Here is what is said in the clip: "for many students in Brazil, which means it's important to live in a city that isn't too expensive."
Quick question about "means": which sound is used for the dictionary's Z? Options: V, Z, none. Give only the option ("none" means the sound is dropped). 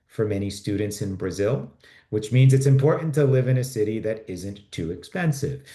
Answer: Z